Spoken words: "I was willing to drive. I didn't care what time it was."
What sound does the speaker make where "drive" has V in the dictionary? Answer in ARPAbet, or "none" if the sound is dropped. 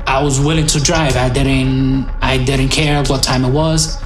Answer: V